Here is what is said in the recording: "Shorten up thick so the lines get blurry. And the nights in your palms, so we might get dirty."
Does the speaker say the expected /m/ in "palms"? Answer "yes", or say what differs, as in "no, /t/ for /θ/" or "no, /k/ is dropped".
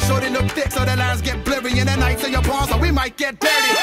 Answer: no, /m/ is dropped